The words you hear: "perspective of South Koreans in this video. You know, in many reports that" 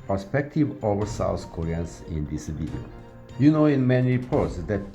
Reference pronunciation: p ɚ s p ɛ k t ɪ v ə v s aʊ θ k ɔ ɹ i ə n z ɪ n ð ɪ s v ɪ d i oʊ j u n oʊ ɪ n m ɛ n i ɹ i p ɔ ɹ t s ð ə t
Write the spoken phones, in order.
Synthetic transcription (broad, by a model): p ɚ s p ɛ k t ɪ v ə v s aʊ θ k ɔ ɹ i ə n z ɪ n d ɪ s b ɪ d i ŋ j u n oʊ ɪ n m ɛ n i ɹ i p ɔ ɹ t s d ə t